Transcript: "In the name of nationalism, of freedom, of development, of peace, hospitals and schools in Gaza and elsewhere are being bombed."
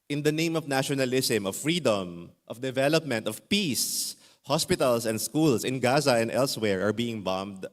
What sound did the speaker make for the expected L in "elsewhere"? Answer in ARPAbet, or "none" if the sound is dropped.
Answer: L